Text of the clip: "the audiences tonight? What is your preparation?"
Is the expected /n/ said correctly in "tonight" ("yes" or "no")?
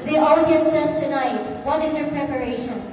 yes